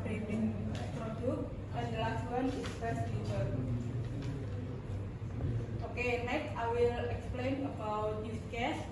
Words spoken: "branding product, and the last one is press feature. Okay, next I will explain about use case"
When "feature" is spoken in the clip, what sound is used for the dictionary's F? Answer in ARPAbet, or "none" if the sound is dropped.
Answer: P